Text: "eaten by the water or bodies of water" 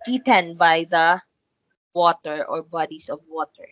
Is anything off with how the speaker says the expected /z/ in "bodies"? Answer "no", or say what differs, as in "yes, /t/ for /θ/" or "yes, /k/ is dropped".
yes, /s/ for /z/